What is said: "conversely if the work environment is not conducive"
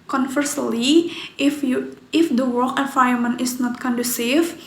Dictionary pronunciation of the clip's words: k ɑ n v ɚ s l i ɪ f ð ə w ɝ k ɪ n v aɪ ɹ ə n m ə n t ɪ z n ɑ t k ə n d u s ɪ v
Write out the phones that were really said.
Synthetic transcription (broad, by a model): k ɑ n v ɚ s l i ɪ f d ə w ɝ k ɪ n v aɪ ə m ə n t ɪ s n ɑ t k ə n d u s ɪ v